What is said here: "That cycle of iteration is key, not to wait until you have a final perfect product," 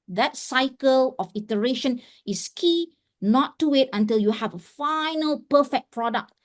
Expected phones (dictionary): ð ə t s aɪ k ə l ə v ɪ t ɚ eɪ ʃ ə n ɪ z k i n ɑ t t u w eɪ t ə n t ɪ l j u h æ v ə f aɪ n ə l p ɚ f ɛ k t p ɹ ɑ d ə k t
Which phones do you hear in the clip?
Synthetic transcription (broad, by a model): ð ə t s aɪ k ə l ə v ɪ t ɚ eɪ ʃ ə n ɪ s k i n ɑ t t u w eɪ t ə n t ɪ l j u h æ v ə f aɪ n ə l p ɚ f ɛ k p ɹ ɑ d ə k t